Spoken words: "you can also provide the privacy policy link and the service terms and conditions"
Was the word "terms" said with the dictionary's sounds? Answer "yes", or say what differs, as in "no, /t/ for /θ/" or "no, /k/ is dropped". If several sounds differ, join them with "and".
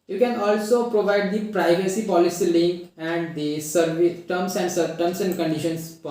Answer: no, /s/ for /t/ and /s/ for /z/